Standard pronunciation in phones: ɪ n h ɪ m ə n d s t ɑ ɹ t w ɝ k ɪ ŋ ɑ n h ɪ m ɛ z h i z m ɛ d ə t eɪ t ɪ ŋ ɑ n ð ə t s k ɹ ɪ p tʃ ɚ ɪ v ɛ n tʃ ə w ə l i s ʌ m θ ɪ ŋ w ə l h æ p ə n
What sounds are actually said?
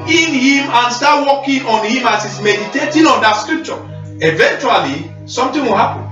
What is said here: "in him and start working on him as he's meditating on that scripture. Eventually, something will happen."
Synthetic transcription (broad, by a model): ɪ n h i m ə n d s t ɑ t w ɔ k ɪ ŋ ɑ n h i m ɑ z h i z m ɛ d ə t eɪ t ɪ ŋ ɑ n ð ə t s k ɹ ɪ p tʃ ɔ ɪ v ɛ n tʃ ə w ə l i s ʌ m t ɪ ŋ w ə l h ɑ p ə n